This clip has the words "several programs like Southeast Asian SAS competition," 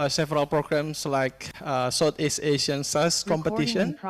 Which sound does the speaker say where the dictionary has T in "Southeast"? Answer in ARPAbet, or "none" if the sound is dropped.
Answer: none